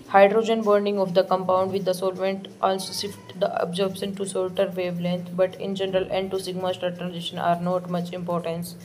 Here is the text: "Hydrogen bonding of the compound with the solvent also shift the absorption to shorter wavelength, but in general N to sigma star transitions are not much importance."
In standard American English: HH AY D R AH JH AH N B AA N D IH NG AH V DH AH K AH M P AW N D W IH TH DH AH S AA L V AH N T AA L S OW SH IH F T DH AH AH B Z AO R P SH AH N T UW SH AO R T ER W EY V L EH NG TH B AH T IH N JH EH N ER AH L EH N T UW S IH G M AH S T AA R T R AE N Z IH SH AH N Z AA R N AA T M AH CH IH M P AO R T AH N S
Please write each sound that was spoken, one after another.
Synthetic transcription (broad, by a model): HH AY D R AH JH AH N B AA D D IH NG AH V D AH K AH M P AW N D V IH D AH S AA L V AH N T AA L S OW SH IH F T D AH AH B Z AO R B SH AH N T UW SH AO L T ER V EY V L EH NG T B AH T IH N JH EH N ER AH L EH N T UW S IH G M AH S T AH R T R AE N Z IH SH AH N AA R N AA T M AH CH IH M P AO R T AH N S